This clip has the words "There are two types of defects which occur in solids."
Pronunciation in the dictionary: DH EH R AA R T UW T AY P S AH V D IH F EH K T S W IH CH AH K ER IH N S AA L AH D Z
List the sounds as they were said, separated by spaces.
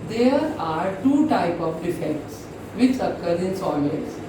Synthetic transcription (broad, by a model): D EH R AA R T UW T AY P AH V D IH F EH K T S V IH CH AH K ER IH N S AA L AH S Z